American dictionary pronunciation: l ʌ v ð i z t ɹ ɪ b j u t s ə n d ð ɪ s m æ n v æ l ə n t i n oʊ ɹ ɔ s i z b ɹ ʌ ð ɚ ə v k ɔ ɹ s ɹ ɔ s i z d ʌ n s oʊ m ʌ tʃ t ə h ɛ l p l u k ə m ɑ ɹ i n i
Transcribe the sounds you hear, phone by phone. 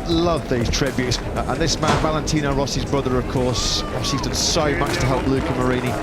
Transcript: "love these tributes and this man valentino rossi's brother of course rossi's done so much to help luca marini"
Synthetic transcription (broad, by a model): l ʌ v ð i z t ɹ ɪ b j u t s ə n ð ɪ s m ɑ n v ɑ l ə n t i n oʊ ɹ ɔ s i z b ɹ ʌ ð ɚ ə v k ɔ ɹ s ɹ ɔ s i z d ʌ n s oʊ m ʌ s t ə h ɛ l p l u k ə m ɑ ɹ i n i